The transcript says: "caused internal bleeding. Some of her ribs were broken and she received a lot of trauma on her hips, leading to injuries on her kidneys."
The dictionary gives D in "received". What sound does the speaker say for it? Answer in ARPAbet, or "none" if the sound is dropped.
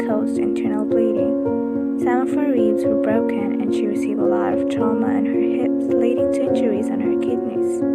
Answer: none